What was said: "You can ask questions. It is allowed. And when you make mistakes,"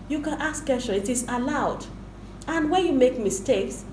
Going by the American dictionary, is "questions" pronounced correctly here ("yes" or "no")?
no